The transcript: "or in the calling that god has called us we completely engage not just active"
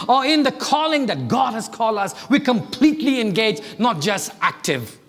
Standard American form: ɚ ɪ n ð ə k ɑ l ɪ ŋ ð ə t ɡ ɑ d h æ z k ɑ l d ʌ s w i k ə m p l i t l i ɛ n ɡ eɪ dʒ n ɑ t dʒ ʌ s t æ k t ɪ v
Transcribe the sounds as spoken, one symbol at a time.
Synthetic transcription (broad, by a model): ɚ ɪ n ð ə k ɑ l ɪ ŋ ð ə t ɡ ɑ d h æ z k ɑ l d ʌ s w i k ə m p l i t l i ɛ n ɡ eɪ dʒ n ɑ t dʒ ʌ s t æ k t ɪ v